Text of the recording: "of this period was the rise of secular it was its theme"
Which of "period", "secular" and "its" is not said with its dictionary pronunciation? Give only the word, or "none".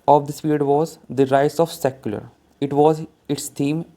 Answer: period